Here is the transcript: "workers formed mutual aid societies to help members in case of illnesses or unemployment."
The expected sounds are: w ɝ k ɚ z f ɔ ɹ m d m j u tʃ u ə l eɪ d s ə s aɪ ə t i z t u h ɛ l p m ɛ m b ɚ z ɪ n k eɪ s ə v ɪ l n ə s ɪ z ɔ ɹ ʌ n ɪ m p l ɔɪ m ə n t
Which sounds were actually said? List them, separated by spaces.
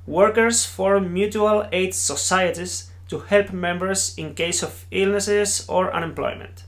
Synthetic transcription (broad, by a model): w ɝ k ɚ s f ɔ ɹ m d m j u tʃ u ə l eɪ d s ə s aɪ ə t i s t u h ɛ l p m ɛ m b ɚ s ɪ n k eɪ s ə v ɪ l n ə s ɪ s ɔ ɹ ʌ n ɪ m p l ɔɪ m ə n t